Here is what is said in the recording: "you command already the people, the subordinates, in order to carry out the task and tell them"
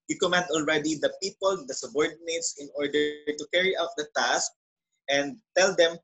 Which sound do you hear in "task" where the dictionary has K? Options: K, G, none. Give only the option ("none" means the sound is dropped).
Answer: K